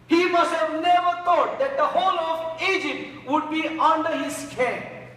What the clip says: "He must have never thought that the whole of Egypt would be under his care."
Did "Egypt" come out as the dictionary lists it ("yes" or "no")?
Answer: yes